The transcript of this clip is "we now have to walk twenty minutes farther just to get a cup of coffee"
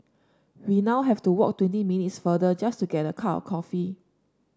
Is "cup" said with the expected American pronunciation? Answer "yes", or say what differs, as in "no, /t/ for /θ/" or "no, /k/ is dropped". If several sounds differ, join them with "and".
no, /p/ is dropped